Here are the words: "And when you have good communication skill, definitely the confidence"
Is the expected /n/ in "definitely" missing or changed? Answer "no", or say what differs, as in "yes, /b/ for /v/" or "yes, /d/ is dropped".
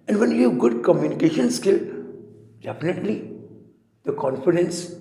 no